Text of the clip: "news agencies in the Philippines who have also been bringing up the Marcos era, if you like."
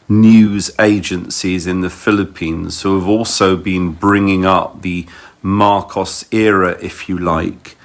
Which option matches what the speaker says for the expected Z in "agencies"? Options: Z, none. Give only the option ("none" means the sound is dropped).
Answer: Z